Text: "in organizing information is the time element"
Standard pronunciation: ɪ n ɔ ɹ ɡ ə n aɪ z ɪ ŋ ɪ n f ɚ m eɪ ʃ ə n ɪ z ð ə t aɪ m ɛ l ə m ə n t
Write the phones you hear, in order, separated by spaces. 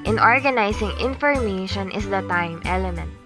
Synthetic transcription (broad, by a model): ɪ n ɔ ɹ ɡ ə n aɪ s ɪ ŋ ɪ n f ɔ m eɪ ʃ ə n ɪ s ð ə t aɪ m ɛ l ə m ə n t